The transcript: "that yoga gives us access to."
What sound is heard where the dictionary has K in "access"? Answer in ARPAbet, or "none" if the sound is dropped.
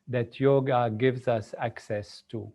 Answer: K